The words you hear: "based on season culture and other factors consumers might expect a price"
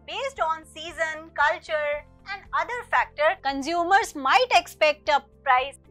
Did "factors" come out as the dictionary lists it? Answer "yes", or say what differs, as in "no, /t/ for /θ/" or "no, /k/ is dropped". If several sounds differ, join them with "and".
no, /z/ is dropped